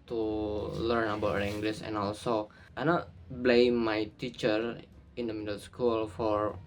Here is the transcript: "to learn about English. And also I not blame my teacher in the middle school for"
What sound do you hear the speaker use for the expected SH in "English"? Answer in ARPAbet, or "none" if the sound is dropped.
S